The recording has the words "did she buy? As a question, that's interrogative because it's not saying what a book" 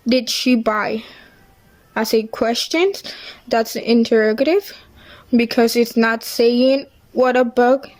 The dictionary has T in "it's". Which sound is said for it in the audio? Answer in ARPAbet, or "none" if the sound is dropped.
T